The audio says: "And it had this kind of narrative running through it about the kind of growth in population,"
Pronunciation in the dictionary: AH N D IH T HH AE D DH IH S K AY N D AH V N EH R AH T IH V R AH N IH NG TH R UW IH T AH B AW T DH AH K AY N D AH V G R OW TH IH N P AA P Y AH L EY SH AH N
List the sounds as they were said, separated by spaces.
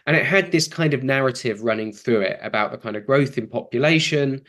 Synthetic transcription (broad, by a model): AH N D IH T HH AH D DH IH S K AY N D AH V N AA R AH T IH V R AH N IH NG TH R UW IH T AH B AW T DH AH K AY N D AH V G R OW TH IH N P AA P Y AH L EY SH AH N